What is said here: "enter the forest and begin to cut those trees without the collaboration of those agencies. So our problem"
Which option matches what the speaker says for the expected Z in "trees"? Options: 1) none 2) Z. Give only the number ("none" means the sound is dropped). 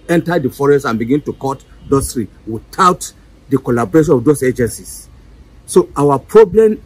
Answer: 1